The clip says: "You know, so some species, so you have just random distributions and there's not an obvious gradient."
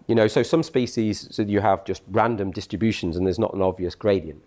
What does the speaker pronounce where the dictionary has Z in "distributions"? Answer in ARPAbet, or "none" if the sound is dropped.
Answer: Z